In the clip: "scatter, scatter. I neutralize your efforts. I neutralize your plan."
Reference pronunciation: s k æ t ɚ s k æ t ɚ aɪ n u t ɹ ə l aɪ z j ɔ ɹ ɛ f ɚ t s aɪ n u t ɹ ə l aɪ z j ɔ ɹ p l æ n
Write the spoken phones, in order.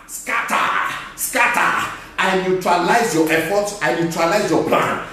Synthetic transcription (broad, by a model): s k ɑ t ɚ s k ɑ t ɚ aɪ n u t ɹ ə l aɪ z j ɔ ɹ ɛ f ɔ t aɪ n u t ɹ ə l aɪ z j ɔ p l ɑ n